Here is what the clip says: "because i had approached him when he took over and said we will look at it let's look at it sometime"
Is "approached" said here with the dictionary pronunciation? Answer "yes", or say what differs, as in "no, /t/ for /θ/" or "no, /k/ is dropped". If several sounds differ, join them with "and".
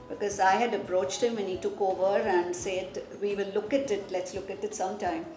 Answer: yes